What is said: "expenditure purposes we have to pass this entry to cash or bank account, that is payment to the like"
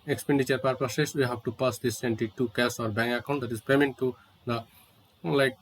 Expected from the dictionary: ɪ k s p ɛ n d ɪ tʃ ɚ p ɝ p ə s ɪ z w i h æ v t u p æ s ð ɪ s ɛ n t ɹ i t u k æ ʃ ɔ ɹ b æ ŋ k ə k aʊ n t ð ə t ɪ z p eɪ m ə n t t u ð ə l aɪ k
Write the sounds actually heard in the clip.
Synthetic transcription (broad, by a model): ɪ k s p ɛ n d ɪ tʃ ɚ p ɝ p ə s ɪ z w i h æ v t u p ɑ s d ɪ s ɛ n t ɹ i t u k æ s ɔ ɹ b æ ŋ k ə k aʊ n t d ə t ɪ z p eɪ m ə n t t u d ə l aɪ k